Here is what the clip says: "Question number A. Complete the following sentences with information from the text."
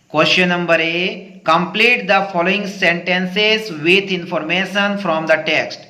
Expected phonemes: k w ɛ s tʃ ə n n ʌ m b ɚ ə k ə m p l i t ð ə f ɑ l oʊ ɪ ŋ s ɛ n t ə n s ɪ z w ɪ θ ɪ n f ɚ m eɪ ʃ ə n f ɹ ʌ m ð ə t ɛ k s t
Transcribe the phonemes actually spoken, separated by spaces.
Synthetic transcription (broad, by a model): k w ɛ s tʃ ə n n ʌ m b ɚ ə k ə m p l i t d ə f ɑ l oʊ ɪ ŋ s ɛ n t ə n s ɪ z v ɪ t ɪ n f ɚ m eɪ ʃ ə n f ɹ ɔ m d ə t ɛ k s t